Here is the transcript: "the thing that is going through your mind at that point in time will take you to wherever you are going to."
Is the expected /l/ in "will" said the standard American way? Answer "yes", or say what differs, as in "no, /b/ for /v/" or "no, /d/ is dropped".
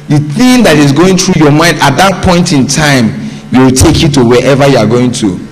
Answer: no, /w/ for /l/